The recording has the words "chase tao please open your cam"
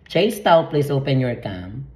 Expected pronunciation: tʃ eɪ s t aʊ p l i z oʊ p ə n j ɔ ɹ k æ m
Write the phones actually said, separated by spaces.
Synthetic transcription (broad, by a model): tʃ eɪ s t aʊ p l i s oʊ p ə n j ɔ ɹ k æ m